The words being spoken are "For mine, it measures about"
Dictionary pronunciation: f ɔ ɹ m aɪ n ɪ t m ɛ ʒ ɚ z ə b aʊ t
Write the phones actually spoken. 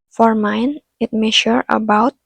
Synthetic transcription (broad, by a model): f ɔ ɹ m aɪ n ɪ t m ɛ ʃ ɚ ə b aʊ t